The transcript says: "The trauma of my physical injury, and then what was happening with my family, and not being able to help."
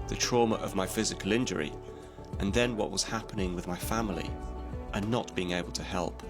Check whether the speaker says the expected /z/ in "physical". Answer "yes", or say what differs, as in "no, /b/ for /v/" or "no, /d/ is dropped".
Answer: yes